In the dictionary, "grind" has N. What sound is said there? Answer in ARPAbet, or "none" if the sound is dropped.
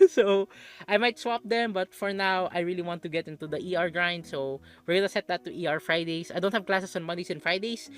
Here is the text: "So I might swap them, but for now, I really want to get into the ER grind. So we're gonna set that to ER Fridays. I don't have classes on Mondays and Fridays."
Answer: N